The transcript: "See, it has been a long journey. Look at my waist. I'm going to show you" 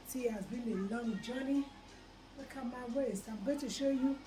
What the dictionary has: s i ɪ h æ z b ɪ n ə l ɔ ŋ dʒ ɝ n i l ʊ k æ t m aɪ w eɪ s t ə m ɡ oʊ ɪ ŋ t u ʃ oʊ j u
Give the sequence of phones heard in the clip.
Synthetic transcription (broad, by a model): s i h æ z b ɪ n ə l ɔ ŋ dʒ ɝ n i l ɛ k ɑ m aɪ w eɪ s ə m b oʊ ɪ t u ʃ oʊ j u